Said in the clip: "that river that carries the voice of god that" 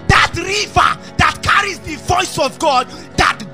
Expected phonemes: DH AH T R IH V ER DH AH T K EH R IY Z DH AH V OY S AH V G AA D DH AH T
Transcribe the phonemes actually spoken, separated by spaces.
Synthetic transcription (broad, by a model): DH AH T R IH V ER DH AH T K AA R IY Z DH AH V OY S AH V G AA D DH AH T